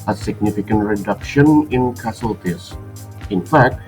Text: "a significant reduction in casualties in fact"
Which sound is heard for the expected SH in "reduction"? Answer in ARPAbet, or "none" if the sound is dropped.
SH